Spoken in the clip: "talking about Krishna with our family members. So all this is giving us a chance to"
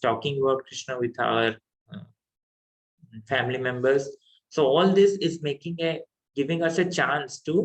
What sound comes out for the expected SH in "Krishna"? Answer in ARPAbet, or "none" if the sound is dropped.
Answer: SH